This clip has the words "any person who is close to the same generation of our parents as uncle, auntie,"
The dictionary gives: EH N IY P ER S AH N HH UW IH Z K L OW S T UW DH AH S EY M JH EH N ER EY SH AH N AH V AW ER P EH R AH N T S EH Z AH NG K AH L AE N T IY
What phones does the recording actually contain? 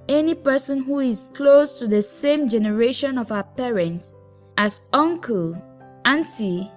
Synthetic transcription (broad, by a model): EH N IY P ER S AH N HH UW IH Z K L OW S T UW DH AH S EY M JH EH N ER EY SH AH N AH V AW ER P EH R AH N T S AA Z AH NG K AH L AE N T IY